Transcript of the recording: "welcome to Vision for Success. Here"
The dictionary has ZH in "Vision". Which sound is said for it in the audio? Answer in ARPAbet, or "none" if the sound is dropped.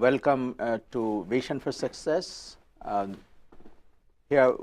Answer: SH